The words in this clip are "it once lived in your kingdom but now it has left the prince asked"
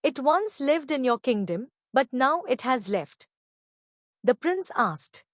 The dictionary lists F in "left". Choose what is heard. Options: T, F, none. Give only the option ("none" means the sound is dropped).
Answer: F